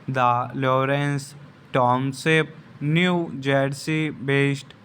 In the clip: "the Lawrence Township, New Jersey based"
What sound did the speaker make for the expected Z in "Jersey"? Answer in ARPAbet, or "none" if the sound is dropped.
S